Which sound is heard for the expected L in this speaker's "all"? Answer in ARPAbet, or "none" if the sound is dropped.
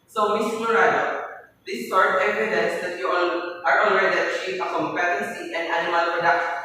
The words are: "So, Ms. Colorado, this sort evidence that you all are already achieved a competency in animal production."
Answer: N